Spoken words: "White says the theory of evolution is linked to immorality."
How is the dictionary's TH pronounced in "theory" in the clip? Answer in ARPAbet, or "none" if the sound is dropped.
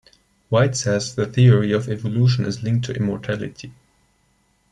TH